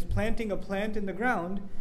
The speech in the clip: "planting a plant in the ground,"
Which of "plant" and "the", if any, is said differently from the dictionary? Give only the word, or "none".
none